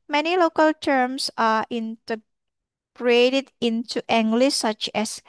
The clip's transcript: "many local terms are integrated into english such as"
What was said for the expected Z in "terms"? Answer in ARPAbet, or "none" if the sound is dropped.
S